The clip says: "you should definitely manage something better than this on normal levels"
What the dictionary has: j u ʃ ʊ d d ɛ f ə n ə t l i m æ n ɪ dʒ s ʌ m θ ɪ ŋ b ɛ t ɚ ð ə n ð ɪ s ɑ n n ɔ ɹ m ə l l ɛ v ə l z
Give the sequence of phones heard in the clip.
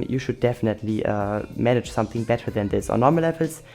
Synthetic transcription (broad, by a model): j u ʃ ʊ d d ɛ f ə n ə t l i m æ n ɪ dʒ s ʌ m θ ɪ ŋ b ɛ t ɚ ð ə n ð ɪ s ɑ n n ɔ ɹ m ə l l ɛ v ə l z